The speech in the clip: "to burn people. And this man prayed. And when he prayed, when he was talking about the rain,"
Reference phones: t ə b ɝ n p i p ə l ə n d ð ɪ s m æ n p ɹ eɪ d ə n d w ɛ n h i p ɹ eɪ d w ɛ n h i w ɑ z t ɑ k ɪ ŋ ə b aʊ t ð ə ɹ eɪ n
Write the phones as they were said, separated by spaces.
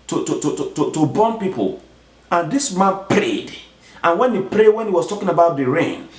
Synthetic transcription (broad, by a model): t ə b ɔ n p i p ə l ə n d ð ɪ s m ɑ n p ɹ eɪ d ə n w ɛ n h i p ɹ eɪ d w ɛ n h i w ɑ s t ɑ k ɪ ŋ ə b aʊ t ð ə ɹ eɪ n